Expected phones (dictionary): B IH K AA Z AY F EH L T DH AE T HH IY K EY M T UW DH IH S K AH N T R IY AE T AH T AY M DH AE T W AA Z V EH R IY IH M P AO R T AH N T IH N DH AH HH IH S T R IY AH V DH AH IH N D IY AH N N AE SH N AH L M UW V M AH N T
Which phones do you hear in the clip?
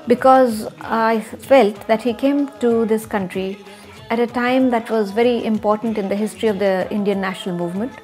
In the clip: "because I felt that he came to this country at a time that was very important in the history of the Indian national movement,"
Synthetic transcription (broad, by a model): B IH K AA Z AY F EH L T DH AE T HH IY K EY M T UW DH IH S K AH N T R IY AE T AH T AY M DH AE T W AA Z V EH R IY IH M P AO R T AH N T IH N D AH HH IH S T R IY AH V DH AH IH N D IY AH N N AE SH N AH L M UW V M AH N T